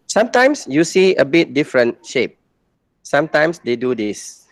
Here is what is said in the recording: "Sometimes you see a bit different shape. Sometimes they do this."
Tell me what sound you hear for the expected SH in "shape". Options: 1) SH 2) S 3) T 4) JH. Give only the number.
1